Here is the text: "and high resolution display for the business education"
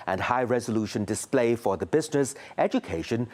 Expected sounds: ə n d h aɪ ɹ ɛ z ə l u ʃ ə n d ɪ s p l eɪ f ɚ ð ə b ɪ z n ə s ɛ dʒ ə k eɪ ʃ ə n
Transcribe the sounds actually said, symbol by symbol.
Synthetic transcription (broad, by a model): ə n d h aɪ ɹ ɛ z ə l u ʃ ə n d ɪ s p l eɪ f ɚ ð ə b ɪ z n ə s ɛ dʒ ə k eɪ ʃ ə n